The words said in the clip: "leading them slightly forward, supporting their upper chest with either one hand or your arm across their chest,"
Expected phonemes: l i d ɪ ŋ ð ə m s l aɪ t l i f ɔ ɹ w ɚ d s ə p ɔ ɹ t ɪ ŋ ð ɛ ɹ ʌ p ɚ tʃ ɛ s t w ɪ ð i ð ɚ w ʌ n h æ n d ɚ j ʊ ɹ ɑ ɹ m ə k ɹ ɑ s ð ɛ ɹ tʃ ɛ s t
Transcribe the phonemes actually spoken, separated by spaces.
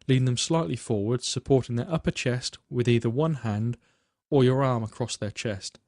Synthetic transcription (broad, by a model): l i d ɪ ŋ ð ə m s l aɪ t l i f ɔ ɹ w ɚ d s ə p ɔ ɹ t ɪ ŋ ð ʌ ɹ ʌ p ɚ tʃ ɛ s t w ɪ ð i ð ɚ w ʌ n h æ n d ɚ j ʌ ɹ ɑ ɹ m ə k ɹ ɑ s ð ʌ ɹ tʃ ɛ s t